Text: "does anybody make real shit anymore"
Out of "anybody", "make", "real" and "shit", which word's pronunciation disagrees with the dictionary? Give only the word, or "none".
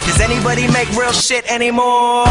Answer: none